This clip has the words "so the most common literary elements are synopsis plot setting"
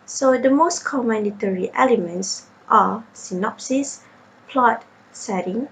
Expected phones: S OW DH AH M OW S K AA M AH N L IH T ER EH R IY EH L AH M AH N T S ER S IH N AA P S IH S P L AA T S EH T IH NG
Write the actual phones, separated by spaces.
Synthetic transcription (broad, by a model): S OW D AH M OW S K AA M AH N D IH T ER R IY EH L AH M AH N T S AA S IH N AA P S IH S P L AA T S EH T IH NG